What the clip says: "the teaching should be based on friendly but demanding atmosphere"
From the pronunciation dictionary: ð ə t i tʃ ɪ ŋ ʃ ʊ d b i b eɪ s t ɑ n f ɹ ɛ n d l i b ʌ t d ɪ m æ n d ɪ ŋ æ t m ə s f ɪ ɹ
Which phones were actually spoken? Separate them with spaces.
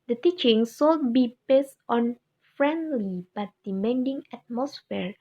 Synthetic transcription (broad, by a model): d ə t i tʃ ɪ ŋ s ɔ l b i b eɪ s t ɑ n f ɹ ɛ n d l i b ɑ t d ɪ m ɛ n d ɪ ŋ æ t m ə s f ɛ ɹ